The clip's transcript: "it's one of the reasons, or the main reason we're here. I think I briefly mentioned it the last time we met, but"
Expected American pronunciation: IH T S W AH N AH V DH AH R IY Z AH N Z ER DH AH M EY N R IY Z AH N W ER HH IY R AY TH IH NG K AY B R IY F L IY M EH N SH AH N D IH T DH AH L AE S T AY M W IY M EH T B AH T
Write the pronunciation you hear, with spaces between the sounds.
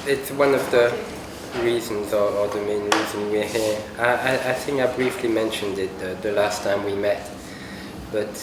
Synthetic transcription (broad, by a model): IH T S W AH N AH V DH AH R IY Z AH N Z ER DH AH M EY N R IY Z AH N W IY HH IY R AY TH IH NG K AY B R IY F L IY M EH N SH AH N D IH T DH AH L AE S T AY M W IY M EH T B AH T